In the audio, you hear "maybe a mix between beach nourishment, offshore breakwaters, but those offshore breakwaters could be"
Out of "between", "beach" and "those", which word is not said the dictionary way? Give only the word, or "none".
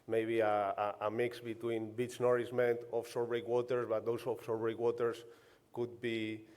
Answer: those